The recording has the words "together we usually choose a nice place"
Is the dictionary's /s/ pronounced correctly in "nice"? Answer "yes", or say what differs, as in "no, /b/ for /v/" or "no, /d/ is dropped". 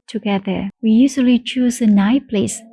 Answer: no, /s/ is dropped